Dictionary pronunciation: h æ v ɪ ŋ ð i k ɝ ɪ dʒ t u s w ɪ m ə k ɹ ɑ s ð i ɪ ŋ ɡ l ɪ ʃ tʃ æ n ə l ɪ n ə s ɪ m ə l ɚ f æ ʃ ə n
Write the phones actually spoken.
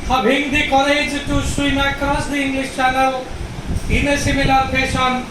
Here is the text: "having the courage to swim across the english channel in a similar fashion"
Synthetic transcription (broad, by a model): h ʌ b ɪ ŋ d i k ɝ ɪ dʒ t u s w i m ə k ɹ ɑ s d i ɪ ŋ ɡ l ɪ s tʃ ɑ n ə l ɪ n ə s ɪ m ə l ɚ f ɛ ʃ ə n